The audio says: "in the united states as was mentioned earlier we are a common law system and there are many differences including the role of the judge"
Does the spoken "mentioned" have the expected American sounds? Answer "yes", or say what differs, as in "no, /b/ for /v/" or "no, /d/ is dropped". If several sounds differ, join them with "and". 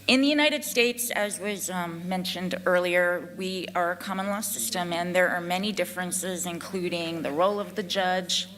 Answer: yes